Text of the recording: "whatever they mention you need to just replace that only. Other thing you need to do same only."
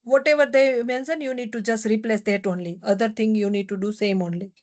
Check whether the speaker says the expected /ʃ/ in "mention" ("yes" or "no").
no